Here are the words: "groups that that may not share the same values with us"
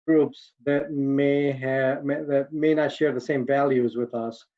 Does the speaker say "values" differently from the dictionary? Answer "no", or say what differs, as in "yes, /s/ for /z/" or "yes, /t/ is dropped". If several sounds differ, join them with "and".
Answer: no